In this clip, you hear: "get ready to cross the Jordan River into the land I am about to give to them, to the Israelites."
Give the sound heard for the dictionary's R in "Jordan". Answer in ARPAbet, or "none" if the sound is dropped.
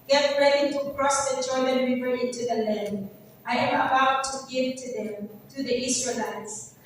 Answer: L